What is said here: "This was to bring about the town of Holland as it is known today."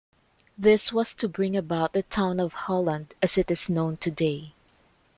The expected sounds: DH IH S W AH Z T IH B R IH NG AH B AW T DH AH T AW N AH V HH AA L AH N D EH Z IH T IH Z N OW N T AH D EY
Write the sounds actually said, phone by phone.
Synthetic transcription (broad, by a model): DH IH S W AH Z T IH B R IH NG AH B AW T DH AH T AW N AH V HH AA L AH N D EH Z IH T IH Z N OW N T AH D EY